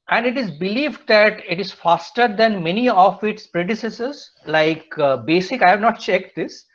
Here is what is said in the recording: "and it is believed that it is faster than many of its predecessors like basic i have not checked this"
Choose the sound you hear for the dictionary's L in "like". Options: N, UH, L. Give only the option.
L